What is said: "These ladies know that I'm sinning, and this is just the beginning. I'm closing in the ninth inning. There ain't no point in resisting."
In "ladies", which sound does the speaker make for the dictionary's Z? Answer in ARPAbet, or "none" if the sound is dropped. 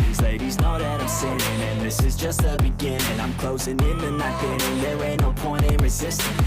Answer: Z